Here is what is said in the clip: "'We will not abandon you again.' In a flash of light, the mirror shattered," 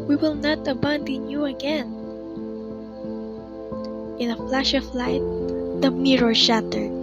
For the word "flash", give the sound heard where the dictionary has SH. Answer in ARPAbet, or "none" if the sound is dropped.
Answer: SH